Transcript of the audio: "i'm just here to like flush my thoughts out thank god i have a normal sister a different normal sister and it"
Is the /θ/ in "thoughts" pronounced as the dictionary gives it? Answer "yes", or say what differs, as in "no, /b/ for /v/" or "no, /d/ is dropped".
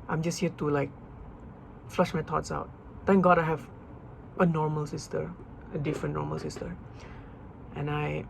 no, /t/ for /θ/